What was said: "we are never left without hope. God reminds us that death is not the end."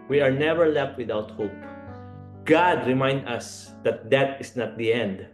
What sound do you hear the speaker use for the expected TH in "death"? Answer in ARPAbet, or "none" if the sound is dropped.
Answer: T